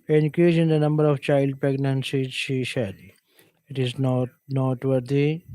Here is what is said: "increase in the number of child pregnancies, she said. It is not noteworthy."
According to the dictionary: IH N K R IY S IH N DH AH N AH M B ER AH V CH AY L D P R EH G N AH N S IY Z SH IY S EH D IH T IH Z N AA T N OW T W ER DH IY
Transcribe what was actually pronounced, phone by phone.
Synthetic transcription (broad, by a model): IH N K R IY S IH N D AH N AH M B ER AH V CH AY L D P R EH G N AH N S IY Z SH IY SH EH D IH T IH Z N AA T N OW T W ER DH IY